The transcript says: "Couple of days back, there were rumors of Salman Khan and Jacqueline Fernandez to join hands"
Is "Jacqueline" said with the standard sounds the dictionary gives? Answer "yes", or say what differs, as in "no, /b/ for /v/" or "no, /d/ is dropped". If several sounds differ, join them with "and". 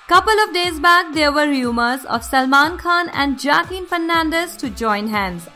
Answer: no, /l/ is dropped